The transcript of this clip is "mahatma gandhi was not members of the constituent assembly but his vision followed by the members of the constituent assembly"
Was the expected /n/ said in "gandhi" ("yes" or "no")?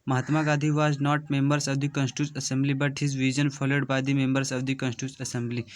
no